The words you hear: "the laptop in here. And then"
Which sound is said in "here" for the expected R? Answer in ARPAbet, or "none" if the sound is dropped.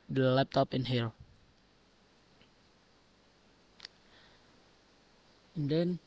L